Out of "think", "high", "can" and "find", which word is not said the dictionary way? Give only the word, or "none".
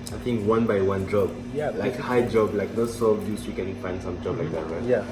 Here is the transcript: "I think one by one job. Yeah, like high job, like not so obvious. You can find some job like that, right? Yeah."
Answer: think